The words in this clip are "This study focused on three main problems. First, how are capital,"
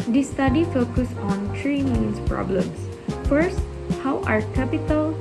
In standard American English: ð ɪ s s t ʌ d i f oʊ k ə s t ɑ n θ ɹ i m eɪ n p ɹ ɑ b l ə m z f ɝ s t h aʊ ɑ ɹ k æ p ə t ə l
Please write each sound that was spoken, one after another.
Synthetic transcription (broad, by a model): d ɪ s s t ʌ d i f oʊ k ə s ɑ n t ɹ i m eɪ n p ɹ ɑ b l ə m s f ɝ s t h aʊ ɑ ɹ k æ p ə t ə l